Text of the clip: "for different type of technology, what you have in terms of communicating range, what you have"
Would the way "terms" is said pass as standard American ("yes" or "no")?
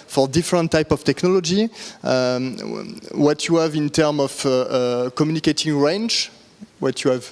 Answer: no